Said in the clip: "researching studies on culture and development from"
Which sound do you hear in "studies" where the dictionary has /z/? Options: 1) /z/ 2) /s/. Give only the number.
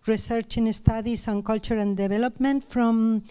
2